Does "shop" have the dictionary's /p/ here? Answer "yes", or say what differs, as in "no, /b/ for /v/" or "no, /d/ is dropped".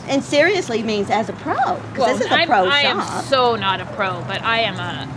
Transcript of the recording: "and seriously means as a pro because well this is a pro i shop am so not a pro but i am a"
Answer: no, /p/ is dropped